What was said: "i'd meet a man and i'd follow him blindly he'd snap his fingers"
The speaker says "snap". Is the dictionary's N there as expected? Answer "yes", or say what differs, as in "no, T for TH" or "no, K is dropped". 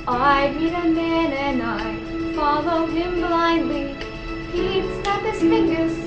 no, N is dropped